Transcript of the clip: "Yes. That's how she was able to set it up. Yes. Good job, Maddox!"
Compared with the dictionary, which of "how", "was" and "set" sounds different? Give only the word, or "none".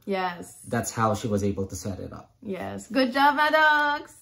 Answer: none